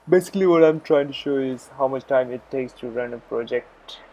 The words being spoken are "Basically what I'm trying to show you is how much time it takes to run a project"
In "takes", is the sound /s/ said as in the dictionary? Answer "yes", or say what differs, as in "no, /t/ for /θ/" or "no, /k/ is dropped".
yes